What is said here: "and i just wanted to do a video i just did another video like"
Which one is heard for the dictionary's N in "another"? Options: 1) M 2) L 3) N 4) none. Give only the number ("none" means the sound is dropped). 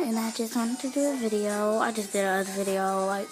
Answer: 4